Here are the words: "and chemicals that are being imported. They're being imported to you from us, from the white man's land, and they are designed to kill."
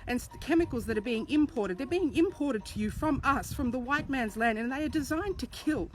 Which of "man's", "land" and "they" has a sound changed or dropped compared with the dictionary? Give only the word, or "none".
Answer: none